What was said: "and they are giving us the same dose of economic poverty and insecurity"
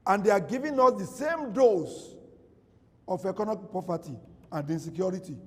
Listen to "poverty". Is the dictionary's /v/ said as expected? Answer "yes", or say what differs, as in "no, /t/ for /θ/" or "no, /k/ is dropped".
no, /p/ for /v/